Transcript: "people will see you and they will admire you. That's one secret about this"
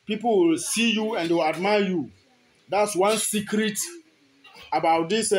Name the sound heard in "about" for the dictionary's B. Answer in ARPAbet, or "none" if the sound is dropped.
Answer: B